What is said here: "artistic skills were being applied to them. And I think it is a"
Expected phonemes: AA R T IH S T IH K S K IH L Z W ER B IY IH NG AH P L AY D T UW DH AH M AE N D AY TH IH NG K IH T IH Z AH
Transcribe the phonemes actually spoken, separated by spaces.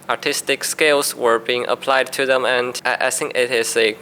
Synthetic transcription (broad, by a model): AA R T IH S T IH K S K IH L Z W ER B IY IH NG AH P L AY D T UW DH AH M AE N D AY S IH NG IH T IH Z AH